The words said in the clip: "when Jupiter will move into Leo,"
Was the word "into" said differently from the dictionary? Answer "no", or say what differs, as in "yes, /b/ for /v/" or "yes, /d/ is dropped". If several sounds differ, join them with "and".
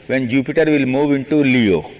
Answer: no